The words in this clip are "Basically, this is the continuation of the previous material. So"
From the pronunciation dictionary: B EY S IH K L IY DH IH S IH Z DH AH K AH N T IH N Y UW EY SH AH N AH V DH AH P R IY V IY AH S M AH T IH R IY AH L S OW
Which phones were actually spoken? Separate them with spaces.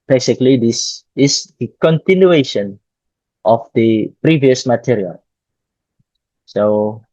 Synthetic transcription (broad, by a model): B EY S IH K L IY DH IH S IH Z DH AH K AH N T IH N Y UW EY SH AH N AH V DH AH P R IY V IY AH S M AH T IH R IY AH L S OW